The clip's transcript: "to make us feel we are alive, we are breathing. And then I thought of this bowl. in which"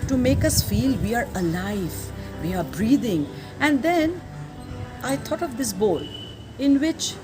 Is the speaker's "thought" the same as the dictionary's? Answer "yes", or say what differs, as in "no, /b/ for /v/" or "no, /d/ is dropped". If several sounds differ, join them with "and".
no, /t/ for /θ/